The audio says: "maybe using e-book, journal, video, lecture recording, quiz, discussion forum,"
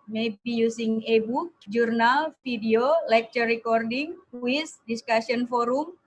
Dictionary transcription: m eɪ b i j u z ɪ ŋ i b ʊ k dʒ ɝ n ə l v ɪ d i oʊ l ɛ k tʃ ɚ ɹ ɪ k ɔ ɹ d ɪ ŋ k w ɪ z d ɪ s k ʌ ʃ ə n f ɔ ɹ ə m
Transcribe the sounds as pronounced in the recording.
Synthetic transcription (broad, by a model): m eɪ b i j u s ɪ ŋ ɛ b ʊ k dʒ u n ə l f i d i oʊ l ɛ k tʃ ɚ ɹ ɪ k ɔ ɹ d ɪ ŋ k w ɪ s d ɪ s k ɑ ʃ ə n f ɔ ɹ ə m